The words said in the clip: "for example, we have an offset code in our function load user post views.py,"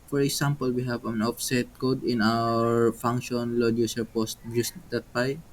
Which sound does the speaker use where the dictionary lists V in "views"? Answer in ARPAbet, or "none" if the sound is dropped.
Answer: B